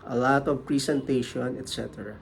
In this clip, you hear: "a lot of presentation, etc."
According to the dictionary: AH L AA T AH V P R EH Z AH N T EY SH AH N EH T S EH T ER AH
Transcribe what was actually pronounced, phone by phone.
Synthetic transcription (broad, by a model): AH L AA T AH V P R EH S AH N T EY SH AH N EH T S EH T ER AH